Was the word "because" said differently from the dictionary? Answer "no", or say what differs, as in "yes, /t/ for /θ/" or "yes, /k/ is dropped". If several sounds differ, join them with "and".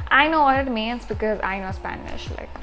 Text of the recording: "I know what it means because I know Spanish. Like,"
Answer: no